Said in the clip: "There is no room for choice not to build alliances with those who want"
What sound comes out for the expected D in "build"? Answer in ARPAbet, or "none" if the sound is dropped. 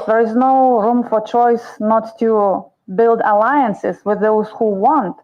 D